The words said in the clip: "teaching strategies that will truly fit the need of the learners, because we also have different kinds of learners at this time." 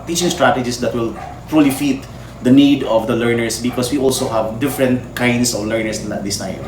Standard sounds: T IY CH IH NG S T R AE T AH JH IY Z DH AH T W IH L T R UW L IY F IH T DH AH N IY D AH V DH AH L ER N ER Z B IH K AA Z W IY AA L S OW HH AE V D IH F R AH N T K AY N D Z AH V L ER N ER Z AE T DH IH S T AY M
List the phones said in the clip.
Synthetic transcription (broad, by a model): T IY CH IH NG S T R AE T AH JH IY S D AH T W IH L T R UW L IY F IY T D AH N IY D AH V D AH L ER N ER S B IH K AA S W IY AA L S OW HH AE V D IH F R AH N T K AY N D S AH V L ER N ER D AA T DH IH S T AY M